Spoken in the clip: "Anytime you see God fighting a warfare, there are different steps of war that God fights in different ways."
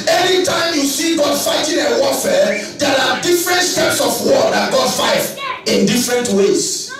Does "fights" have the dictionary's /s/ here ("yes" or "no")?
no